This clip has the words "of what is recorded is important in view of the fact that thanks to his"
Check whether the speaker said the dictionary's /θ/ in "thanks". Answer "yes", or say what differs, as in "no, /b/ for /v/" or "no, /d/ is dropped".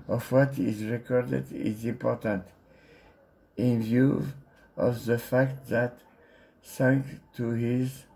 no, /s/ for /θ/